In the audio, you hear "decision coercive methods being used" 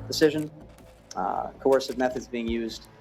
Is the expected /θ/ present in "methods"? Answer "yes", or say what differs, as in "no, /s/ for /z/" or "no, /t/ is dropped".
yes